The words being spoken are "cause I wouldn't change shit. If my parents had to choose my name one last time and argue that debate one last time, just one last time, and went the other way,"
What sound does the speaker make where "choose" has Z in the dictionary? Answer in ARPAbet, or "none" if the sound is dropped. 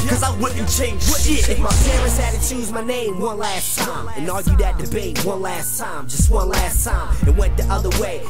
Z